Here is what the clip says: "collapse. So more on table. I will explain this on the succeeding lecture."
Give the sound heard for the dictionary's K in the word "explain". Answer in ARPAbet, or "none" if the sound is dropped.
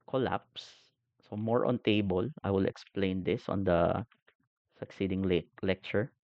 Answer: K